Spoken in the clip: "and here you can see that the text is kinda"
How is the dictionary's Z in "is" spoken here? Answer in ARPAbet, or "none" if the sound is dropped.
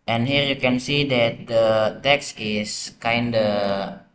S